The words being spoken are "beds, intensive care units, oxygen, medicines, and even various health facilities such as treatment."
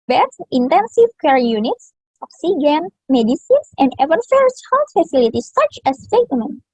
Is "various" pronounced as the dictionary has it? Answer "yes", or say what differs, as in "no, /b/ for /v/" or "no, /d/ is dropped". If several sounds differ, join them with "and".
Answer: no, /f/ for /v/